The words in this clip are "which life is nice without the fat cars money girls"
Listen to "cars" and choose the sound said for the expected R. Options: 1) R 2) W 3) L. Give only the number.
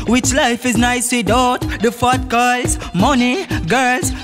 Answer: 3